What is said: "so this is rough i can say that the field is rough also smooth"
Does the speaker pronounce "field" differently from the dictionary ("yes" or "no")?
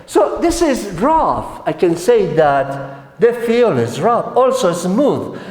yes